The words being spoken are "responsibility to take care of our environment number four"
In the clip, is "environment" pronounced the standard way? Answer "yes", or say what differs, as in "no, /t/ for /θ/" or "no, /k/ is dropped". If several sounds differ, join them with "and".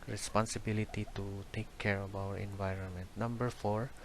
yes